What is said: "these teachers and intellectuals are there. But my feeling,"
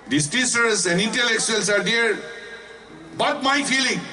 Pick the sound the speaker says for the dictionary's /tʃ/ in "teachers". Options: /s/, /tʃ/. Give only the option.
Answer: /s/